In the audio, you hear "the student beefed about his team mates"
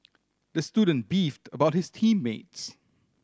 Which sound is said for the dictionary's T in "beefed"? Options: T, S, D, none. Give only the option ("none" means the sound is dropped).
T